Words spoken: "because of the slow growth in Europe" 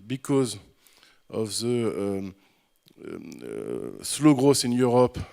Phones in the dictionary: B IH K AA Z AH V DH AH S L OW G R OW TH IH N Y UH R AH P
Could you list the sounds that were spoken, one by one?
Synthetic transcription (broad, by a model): B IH K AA Z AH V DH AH S L OW G R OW S IH N Y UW R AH P